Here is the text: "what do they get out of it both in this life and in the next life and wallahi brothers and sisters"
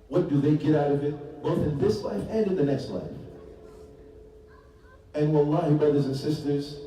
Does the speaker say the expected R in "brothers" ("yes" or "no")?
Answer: yes